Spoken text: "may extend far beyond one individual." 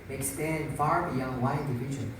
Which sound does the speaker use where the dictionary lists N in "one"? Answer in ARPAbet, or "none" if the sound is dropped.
none